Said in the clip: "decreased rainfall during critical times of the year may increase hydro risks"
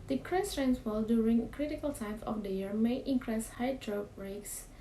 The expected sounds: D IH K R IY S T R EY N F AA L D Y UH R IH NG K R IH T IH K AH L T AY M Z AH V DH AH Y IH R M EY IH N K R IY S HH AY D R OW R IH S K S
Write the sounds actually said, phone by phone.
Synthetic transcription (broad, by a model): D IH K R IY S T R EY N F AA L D Y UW R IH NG K R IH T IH K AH L T AY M AH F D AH Y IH R M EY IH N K R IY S HH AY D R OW R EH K S